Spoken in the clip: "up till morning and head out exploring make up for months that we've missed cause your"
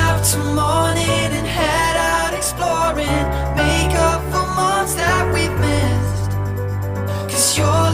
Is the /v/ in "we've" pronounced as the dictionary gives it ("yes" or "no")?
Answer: no